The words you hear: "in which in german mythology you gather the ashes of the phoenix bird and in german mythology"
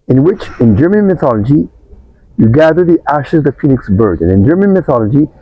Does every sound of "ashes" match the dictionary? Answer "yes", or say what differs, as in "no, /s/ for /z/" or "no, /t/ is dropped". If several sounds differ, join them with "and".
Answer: yes